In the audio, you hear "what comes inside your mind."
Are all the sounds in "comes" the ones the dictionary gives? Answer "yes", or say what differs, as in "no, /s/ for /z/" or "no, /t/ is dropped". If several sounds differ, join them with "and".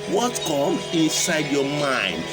no, /z/ is dropped